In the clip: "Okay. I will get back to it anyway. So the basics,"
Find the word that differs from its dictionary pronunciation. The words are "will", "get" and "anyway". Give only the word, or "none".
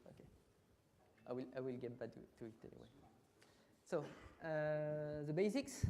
none